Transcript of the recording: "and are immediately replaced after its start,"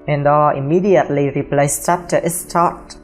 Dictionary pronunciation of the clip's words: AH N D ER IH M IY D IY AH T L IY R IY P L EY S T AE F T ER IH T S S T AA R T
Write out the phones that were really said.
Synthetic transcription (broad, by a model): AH N D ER IH M IY D IY AH T L IY R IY P L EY S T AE P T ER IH T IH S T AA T